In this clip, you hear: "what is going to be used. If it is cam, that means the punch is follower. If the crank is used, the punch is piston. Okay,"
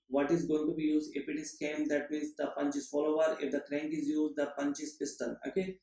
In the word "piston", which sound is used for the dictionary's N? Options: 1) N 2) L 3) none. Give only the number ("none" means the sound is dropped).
2